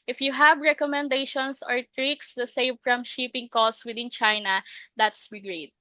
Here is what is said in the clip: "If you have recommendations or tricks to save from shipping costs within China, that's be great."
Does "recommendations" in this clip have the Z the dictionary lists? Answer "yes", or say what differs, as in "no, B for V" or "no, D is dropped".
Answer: no, S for Z